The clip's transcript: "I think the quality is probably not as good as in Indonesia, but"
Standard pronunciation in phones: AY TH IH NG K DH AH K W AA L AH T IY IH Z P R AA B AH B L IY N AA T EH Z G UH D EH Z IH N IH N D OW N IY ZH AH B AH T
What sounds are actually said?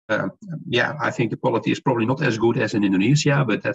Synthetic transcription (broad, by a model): AY TH IH NG K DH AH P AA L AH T IY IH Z P R AA B AH B L IY N AA T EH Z G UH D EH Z IH N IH N D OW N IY Z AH B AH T